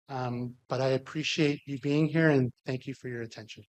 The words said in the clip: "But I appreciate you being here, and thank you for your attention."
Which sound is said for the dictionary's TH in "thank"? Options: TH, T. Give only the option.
TH